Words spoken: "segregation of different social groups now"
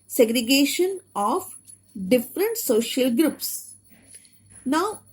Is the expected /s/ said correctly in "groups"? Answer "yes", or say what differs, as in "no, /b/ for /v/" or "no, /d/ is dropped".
yes